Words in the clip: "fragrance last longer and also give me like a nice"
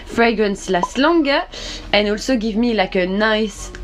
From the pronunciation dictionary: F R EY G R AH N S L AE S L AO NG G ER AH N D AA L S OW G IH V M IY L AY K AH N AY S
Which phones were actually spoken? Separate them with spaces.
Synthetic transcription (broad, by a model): F R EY G R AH N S L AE S L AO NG G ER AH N AA L S OW G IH V M IY L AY K AH N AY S